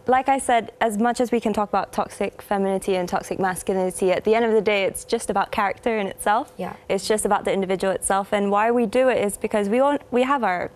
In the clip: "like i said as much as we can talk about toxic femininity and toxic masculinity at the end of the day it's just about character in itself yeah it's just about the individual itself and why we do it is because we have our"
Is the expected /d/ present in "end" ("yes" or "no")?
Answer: yes